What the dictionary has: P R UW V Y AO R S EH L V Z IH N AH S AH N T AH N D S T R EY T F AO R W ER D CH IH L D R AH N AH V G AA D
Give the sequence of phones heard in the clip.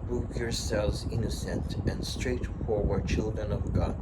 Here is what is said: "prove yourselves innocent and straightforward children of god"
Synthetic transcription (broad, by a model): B R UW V Y AO R S EH L V Z IH N AH S AH N T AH N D S T R EY T F AO R W ER D CH IH L D R AH N AH V G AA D